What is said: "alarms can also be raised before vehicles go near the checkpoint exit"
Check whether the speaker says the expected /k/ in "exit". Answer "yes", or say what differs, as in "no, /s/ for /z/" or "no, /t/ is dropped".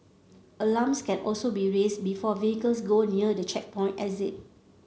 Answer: no, /k/ is dropped